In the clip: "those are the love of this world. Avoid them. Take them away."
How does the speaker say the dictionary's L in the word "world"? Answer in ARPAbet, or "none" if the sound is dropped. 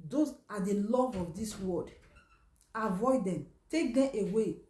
none